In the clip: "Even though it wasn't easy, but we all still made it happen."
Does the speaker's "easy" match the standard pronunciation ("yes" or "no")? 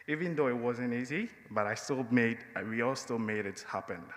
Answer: yes